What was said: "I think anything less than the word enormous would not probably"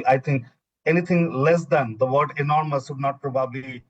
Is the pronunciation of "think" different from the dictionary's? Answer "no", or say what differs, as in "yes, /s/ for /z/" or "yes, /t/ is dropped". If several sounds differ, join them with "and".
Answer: yes, /t/ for /θ/